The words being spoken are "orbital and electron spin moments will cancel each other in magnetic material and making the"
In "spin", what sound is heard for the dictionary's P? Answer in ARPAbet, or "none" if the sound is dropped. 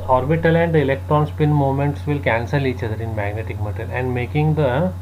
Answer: P